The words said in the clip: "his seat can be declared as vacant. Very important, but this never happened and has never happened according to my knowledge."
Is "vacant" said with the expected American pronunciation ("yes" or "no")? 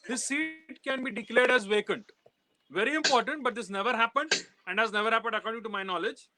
yes